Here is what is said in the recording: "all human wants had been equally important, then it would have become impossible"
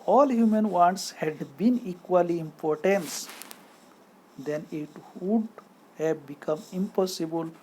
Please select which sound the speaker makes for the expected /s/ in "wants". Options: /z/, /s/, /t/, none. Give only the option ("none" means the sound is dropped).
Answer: /s/